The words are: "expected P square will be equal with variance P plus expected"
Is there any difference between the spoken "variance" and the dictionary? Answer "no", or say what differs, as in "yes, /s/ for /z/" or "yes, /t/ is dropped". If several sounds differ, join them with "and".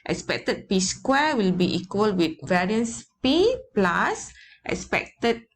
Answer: no